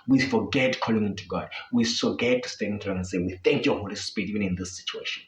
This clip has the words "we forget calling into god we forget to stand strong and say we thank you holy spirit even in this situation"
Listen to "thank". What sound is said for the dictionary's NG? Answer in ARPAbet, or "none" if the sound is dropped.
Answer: NG